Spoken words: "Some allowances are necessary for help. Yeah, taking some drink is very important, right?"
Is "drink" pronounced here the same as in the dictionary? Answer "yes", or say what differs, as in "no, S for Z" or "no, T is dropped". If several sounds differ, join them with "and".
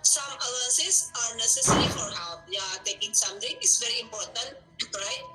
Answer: no, K is dropped